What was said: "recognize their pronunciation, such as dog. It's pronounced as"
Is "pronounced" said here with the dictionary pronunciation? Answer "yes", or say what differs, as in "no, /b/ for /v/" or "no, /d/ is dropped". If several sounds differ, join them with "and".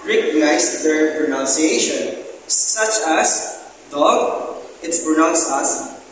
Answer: no, /t/ is dropped